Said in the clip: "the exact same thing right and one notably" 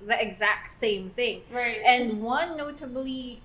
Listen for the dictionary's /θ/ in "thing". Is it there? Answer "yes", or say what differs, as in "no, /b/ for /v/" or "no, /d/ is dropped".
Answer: yes